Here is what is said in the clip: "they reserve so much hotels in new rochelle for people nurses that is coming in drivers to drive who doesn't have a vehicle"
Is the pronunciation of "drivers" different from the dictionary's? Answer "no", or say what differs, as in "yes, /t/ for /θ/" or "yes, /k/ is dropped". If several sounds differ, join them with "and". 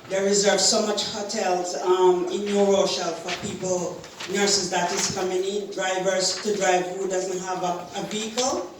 no